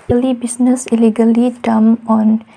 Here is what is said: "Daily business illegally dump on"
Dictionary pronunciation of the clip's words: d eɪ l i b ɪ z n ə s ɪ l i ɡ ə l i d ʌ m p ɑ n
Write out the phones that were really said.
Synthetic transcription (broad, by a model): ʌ l i b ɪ s n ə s ɪ l i ɡ ə l i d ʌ m ɑ n